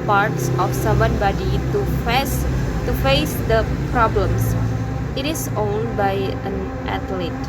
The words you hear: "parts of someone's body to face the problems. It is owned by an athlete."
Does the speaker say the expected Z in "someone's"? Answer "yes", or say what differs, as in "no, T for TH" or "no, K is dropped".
no, Z is dropped